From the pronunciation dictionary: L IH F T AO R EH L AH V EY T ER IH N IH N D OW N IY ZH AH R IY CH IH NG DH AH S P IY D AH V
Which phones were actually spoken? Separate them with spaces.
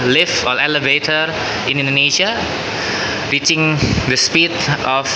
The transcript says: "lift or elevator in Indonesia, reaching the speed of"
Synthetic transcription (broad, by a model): L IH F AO L EH L AH V EY T ER IH N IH N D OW N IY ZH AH R IY CH IH NG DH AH S P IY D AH